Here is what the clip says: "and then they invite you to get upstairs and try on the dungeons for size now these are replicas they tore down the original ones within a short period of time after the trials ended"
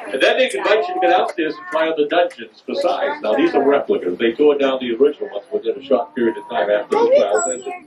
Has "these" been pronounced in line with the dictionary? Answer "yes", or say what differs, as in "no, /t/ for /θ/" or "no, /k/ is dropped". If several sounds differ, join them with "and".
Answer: yes